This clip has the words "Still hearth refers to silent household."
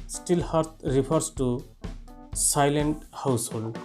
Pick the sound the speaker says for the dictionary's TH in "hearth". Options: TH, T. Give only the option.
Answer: T